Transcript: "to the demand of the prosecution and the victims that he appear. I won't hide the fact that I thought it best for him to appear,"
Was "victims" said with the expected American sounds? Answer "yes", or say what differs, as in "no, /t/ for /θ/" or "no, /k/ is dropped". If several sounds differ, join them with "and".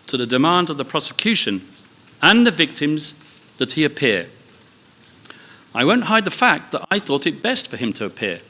yes